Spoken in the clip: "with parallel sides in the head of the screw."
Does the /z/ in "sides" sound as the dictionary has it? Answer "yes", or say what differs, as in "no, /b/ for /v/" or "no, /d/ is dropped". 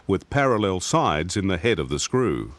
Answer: yes